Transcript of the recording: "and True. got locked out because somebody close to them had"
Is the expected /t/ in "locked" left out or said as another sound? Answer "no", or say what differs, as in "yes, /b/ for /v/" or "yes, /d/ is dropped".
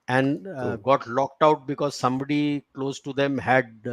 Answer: no